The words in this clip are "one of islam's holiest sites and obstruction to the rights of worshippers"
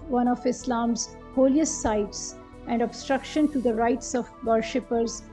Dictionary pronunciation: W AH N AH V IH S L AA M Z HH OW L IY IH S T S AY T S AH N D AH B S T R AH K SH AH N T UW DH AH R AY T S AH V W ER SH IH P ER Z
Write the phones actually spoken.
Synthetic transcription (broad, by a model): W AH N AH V IH S L AA M Z HH OW L IY IH S T S AY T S AH N D AH B S T R AH K SH AH N T UW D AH R AY T S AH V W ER SH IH P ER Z